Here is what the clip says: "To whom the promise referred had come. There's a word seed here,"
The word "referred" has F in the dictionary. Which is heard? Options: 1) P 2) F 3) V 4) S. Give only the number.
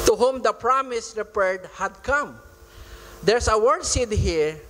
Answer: 1